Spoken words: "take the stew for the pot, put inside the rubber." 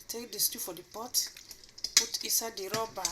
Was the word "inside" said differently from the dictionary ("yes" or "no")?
yes